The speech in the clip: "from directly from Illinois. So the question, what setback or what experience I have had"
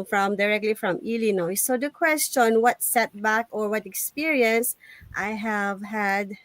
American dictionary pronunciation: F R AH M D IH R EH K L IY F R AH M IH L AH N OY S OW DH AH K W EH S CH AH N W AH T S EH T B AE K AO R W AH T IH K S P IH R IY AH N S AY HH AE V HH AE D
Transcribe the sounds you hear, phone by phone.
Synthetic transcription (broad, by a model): F R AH M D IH R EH K L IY F R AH M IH L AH N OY S OW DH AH K W EH S CH AH N W AH T S EH T B AE K AO R W AH T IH K S P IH R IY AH N S AY HH AE V HH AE D